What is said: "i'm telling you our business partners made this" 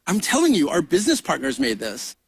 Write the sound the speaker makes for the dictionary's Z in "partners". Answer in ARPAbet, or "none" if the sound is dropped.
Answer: Z